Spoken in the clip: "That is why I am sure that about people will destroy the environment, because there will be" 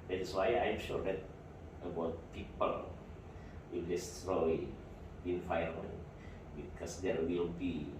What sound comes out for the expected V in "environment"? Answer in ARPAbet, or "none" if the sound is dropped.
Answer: F